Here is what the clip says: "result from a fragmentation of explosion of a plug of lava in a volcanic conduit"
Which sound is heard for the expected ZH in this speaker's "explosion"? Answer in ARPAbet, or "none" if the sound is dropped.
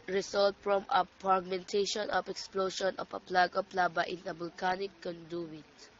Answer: SH